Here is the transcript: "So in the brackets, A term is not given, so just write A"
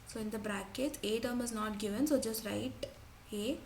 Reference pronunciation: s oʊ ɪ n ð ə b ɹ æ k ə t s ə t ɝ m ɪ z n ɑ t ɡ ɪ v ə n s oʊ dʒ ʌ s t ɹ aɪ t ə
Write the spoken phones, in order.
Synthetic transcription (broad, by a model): s oʊ ɪ n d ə b ɹ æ k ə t ə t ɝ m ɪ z n ɑ t ɡ ɪ v ə n s oʊ dʒ ʌ s t ɹ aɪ t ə